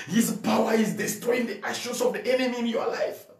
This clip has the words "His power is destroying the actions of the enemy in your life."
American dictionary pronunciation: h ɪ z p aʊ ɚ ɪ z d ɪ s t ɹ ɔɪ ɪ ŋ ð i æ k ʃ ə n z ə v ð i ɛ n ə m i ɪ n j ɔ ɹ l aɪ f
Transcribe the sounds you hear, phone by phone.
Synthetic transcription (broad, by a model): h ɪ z p aʊ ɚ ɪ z d ɪ s t ɹ ɔɪ ɪ ŋ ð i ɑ ʃ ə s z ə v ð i ɛ n ə m i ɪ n j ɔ l aɪ f